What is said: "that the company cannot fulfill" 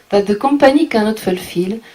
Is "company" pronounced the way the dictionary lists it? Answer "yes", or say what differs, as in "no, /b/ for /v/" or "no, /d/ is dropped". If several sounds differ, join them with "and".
no, /m/ is dropped